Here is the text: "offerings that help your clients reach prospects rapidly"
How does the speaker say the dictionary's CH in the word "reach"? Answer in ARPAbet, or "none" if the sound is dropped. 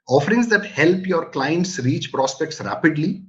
CH